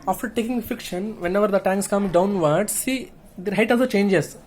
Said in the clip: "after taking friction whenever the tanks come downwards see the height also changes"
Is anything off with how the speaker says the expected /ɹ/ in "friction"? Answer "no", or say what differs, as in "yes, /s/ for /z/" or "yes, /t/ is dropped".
yes, /ɹ/ is dropped